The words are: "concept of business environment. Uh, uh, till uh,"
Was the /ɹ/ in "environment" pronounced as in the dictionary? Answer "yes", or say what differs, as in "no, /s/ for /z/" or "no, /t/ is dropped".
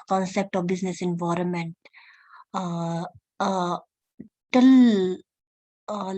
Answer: yes